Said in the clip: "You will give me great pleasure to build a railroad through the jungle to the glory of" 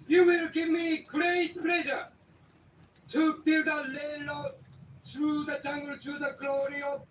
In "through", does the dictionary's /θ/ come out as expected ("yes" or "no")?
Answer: no